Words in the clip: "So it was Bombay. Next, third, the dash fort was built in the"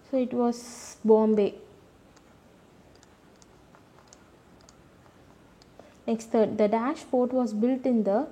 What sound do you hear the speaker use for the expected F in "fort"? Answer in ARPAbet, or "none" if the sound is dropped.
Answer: P